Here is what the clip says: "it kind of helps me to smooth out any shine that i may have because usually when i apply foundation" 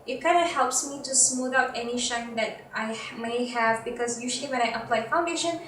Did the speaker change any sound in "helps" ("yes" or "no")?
no